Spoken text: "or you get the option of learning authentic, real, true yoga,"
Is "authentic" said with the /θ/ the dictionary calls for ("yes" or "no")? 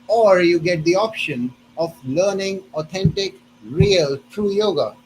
no